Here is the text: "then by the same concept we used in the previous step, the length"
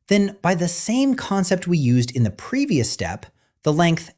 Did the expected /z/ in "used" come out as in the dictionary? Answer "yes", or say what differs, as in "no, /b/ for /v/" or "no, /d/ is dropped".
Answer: yes